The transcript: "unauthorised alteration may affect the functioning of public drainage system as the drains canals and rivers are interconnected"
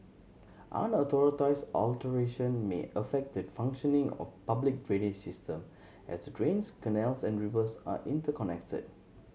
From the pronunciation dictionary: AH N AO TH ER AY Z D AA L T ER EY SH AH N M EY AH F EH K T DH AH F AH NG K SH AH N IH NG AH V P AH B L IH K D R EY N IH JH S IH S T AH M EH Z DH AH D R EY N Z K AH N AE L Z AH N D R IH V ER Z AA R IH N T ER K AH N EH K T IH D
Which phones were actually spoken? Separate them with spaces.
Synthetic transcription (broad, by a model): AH N AO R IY AY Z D AA L T ER EY SH AH N M EY AH F EH K T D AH F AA NG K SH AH N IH NG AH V P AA B L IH K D R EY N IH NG S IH S T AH M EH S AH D R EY N S K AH N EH L S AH N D R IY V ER S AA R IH N T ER K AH N EH K T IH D